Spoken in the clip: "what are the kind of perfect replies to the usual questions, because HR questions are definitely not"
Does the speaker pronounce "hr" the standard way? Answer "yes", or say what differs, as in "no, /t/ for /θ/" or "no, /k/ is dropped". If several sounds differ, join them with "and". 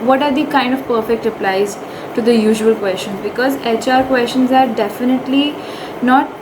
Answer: yes